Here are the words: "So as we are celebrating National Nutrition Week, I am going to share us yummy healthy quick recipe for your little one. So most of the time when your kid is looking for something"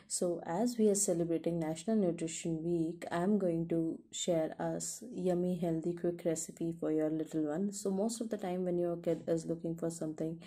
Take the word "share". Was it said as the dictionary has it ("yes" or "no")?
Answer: yes